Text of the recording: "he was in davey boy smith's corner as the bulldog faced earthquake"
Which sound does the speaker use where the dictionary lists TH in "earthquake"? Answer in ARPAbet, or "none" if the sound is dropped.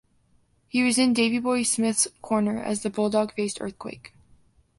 TH